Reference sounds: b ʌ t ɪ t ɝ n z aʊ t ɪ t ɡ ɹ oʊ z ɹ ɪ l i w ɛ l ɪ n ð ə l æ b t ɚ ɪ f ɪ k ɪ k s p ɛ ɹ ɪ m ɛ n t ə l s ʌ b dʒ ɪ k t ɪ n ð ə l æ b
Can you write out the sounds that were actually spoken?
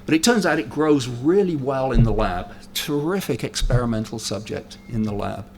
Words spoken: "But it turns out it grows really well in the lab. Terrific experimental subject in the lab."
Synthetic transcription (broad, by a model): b ʌ t ɪ t ɝ n z aʊ t ɪ t ɡ ɹ oʊ z ɹ ɪ l i w ɛ l ɪ n ð ə l æ b t ɚ ɪ f ɪ k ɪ k s p ɛ ɹ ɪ m ɛ n t l s ʌ b dʒ ɪ k t ɪ n ð ə l æ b